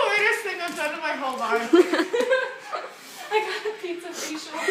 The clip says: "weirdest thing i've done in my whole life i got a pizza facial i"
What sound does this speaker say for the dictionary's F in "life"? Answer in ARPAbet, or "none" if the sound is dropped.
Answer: none